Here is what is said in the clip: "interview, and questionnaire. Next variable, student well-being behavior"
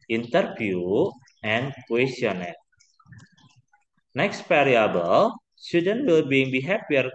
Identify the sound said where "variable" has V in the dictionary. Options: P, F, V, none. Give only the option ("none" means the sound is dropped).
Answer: P